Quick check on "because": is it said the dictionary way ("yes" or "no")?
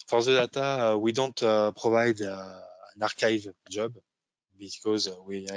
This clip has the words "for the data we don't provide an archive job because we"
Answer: yes